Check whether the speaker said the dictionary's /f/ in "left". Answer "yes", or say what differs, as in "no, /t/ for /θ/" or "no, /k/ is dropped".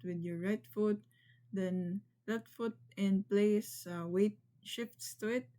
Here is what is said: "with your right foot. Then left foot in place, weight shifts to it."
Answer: no, /f/ is dropped